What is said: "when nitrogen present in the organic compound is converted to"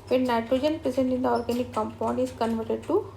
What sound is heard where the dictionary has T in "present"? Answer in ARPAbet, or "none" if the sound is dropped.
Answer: none